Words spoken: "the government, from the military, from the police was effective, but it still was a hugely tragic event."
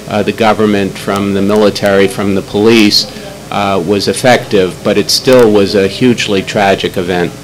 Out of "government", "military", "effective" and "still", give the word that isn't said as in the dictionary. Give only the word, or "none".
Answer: none